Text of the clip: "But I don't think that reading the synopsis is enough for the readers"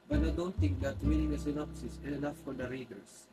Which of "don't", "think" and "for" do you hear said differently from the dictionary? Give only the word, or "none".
think